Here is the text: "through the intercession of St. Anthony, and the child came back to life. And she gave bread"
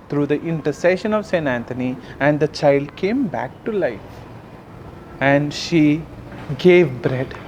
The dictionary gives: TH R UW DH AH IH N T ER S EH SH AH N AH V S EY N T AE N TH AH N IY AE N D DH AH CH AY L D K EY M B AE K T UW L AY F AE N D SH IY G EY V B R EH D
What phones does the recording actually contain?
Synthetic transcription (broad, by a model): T R UW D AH IH N T ER S EH SH AH N AH V S EY N T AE N T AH N IY AE N D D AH CH AY L D K EY M B AE K T UW L AY F AE N D SH IY G EY V B R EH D